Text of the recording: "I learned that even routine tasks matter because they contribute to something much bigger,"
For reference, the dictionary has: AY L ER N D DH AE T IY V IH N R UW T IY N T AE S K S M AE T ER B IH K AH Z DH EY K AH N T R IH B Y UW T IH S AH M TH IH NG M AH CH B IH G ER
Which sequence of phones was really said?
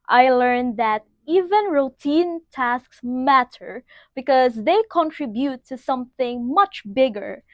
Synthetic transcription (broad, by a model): AY L ER N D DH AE T IY V IH N R UW T IY N T AE S K S M AE T ER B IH K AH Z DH EY K AH N T R IH B Y UW T IH S AH M TH IH NG M AH CH B IH G ER